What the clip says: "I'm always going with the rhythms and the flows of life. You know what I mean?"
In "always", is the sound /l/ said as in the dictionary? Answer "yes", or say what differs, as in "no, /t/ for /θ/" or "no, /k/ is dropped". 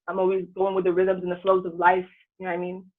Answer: yes